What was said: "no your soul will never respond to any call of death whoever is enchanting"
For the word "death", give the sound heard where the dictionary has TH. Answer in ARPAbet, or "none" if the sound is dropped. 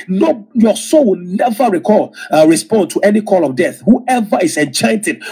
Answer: TH